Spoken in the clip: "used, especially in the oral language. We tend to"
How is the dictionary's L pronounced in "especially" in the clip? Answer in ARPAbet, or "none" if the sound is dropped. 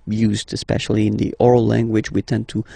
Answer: L